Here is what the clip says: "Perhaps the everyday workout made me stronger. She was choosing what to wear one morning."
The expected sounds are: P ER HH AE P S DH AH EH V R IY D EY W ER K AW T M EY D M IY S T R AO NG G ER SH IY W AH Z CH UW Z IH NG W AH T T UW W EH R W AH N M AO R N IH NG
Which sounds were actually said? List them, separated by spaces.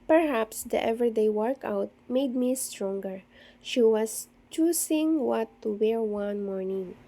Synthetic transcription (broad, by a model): P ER HH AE P S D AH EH V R D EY W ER K AW T M EY D M IY S T R AO NG G ER SH IY W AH S CH UW S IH NG W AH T T UW W EH R W AH N M AO R N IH NG